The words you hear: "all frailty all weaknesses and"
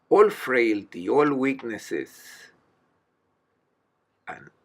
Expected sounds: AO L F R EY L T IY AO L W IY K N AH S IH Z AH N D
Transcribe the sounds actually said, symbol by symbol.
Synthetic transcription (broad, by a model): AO L F R EY L T IY AO L W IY K N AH S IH S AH N